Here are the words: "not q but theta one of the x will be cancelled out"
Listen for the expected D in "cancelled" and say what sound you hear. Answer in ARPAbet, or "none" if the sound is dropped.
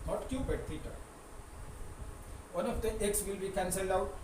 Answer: D